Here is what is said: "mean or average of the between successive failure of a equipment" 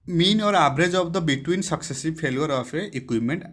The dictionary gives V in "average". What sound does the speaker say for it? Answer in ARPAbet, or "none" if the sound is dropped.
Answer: B